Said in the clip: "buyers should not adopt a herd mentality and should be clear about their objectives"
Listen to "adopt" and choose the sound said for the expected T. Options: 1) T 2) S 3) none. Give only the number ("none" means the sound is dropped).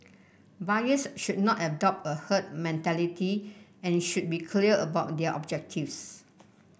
1